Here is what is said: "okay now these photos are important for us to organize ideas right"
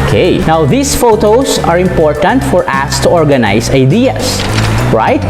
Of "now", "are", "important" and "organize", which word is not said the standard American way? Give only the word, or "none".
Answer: organize